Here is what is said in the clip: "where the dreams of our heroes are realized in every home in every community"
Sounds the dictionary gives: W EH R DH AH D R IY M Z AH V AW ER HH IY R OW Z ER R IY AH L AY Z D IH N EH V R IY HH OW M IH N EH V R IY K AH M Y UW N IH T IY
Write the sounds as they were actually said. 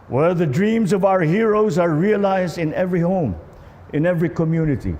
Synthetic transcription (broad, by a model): W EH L DH AH D R IY M Z AH V AW ER HH IY R OW Z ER R IY AH L AY Z D IH N EH V R IY HH OW M IH N EH V R IY K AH M Y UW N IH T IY